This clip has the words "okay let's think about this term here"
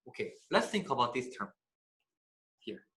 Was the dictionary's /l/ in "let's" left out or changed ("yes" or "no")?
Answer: no